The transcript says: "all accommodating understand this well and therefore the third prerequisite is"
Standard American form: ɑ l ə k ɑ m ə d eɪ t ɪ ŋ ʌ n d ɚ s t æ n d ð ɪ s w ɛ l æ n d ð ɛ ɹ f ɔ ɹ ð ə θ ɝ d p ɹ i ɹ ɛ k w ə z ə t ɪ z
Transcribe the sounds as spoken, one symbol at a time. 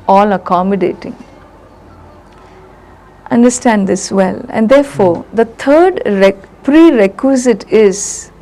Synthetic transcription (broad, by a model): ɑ l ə k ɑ m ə d eɪ t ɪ ŋ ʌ n d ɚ s t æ n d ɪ s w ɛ l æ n d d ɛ ɹ f ɔ ɹ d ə t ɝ d p ɹ i ɹ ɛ k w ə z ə t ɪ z